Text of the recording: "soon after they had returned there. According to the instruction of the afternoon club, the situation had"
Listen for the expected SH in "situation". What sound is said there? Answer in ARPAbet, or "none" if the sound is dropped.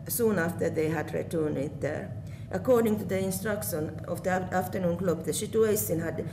S